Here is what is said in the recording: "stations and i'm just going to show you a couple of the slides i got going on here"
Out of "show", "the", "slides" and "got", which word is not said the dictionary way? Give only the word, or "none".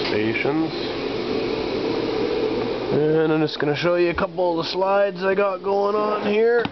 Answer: none